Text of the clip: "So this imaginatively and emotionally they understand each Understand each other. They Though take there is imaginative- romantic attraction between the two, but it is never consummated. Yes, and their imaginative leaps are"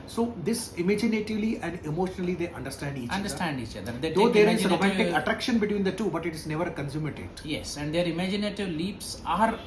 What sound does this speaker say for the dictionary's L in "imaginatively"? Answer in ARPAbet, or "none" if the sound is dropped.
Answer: L